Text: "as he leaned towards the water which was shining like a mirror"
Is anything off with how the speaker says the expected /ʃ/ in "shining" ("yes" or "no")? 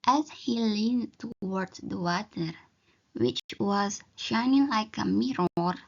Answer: no